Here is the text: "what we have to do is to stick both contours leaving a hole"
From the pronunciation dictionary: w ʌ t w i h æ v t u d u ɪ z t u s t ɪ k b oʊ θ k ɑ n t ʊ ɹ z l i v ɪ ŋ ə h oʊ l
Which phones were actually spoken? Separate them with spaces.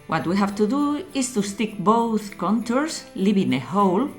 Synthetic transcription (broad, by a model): w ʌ t w i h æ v t u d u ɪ s t u s t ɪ k b oʊ θ k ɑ n t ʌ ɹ s l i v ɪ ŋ ə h oʊ l